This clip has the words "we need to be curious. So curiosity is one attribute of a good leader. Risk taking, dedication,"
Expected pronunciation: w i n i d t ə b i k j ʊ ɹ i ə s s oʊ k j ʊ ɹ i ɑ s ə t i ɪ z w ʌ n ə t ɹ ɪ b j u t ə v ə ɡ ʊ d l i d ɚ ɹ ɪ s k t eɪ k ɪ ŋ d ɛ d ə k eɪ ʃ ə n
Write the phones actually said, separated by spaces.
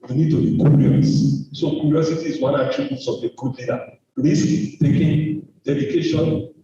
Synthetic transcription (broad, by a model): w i n i d t ə b i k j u ɹ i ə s s oʊ k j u ɹ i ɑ s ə t i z w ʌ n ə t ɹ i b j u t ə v ə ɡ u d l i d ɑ l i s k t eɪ k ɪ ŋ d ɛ d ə k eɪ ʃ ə n